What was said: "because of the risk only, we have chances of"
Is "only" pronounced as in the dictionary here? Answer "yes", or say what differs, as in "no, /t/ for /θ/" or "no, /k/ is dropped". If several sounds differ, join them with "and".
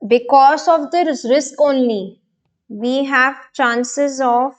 yes